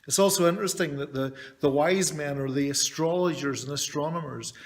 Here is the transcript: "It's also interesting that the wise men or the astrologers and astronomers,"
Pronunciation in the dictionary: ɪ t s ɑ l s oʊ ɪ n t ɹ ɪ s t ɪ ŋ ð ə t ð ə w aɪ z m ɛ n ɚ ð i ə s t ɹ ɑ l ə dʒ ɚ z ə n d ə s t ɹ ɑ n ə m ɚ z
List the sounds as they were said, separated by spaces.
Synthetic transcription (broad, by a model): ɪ t s ɑ l s oʊ ɪ n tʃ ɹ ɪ s t ɪ ŋ ð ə t ð ə w aɪ z m ɛ n ɚ ð i ə s t ɹ ɑ l ə dʒ ɚ z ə n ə s t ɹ ɑ n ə m ɚ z